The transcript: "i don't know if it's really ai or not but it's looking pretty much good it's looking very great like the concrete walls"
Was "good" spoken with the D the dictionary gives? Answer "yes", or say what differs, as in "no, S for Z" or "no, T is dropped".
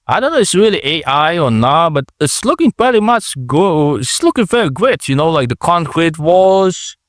no, D is dropped